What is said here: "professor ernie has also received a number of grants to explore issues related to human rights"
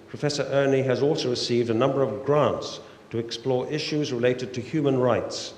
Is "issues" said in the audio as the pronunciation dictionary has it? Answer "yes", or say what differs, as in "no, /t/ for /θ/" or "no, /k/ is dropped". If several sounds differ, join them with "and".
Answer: yes